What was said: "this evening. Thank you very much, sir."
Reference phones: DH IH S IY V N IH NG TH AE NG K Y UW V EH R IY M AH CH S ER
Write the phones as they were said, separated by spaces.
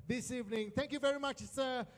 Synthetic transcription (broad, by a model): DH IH S IY V N IH NG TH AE NG K Y UW V EH R IY M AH CH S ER